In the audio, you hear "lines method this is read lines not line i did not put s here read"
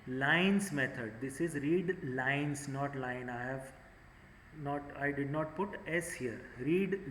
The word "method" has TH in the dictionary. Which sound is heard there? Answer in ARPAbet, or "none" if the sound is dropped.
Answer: T